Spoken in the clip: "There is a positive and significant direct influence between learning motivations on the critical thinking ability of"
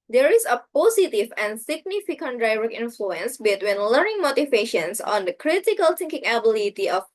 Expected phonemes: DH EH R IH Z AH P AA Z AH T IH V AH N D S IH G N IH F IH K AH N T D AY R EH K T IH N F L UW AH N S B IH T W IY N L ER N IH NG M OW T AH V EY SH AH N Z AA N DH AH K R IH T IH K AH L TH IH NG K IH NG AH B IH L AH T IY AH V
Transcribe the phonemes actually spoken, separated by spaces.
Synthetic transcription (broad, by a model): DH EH R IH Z AH P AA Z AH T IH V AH N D S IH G N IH F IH K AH N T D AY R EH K IH N F L UW AH N S B IH T W IY N L ER N IH NG M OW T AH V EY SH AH N S AA N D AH K R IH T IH K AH L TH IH NG K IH NG AH B IH L AH T IY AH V